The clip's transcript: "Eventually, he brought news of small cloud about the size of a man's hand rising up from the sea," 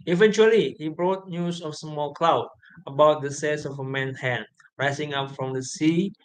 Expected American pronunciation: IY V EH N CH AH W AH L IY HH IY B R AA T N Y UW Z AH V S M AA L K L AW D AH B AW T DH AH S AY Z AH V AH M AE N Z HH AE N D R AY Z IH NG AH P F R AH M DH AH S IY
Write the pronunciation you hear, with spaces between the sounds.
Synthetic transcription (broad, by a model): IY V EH N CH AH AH L IY HH IY B R AA T N Y UW S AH F S M AA L K L AW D AH B AW T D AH S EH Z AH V AH M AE N HH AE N R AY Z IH NG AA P F R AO M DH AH S IY